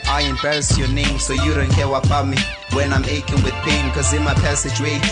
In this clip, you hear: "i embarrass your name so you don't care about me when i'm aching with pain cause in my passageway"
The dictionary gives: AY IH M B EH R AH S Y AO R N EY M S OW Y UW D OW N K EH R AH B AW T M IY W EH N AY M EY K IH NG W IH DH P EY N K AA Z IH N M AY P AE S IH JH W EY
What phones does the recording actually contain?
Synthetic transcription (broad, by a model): AY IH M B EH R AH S Y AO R N EY M S OW Y UW D OW N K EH W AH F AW M IY W EH N AY M EY K IH NG W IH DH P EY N K AA Z IH N M AY P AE S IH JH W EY